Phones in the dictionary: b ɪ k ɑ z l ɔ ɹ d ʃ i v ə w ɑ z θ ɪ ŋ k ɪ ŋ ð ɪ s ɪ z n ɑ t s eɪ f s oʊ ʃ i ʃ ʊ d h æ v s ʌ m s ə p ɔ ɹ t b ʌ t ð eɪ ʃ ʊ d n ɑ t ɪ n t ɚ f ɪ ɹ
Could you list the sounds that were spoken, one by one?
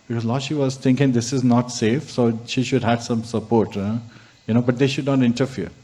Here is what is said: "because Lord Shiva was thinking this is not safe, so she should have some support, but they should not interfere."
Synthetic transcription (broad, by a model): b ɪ k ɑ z l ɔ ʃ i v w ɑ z t ɪ ŋ k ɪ ŋ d ɪ s ɪ z n ɑ t s eɪ f s oʊ ʃ i ʃ ʊ d h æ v s ʌ m s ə p ɔ ɹ t b ʌ t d eɪ ʃ ʊ d n ɑ t ɪ n t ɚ f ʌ ɹ